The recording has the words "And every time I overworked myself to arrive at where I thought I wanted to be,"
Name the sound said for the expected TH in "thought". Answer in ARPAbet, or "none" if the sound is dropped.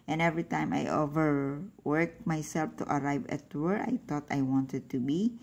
T